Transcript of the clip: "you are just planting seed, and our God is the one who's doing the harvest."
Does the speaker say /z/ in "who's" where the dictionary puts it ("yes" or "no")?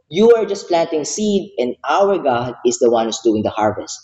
no